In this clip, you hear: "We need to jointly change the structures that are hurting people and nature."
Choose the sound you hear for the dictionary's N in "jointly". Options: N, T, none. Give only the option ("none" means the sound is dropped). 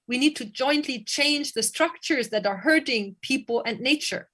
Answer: N